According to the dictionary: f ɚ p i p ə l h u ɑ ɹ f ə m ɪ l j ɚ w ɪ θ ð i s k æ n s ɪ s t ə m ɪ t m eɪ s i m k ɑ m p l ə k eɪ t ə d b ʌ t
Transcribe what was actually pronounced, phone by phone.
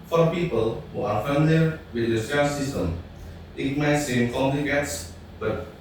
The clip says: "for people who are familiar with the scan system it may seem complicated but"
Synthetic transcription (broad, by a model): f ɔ p i p ə l h u ɑ ɹ f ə m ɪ l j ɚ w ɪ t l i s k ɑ s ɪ s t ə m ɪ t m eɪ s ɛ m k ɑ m l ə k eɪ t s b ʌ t